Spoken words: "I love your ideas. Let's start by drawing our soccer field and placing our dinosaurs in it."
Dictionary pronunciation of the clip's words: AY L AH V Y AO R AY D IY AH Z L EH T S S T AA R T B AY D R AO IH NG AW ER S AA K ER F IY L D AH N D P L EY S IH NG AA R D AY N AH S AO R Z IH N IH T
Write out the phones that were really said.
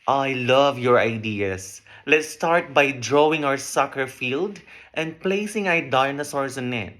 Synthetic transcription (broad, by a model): AY L AH V Y AO R AY D IY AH S L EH T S S T AA R T B AY D R AO IH NG AW ER S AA K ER F IY L D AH N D P L EY S IH NG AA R D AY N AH S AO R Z IH N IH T